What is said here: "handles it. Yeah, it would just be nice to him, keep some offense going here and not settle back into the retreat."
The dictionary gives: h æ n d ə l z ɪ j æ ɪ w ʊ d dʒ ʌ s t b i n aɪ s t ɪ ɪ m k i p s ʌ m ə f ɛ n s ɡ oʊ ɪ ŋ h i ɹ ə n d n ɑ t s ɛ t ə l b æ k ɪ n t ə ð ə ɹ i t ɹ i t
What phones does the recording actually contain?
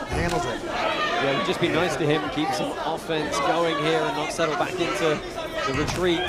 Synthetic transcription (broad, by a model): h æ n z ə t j ɪ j ɪ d dʒ ʌ s b i n aɪ s t ɪ ɪ m k i p s ʌ m ə f ɛ n s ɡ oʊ ɪ ŋ h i ɹ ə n n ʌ t s ɛ t l b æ k ɪ n t ə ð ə ɹ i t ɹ i t